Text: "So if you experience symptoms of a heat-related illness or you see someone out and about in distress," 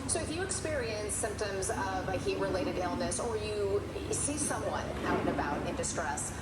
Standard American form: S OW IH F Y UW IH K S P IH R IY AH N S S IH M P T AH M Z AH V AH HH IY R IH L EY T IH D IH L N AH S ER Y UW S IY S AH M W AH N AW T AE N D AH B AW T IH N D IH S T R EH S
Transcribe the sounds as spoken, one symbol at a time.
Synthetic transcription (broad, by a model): S OW IH F Y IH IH K S P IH R IY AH N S S IH M P T AH M Z AH V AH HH IY R IH L EY T IH D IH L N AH S ER Y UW S IY S AH M W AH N AW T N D AH B AW T IH N D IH S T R EH S